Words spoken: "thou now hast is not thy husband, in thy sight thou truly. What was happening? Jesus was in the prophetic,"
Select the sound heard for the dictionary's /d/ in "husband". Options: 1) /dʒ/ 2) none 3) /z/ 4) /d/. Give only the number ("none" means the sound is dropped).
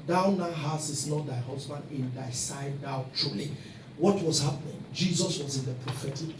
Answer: 4